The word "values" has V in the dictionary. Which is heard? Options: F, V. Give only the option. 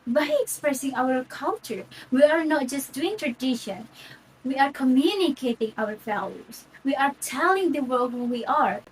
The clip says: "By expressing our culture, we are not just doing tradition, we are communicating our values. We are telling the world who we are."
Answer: F